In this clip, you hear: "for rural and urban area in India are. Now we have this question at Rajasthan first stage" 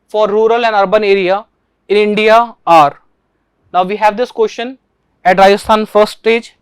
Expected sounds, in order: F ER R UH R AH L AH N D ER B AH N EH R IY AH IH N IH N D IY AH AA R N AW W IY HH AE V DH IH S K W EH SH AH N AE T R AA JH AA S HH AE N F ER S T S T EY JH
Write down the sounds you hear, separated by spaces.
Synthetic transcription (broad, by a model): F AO R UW R AH L AH N D ER B AH N EH R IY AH IH N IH N D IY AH AA R N AW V IY HH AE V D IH S K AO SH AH N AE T R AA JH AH S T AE N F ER T S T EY JH